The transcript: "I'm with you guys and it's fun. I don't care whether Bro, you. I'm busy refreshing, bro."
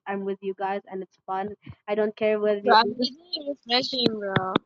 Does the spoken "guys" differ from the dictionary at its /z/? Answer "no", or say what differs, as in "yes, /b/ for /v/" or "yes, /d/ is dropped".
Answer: no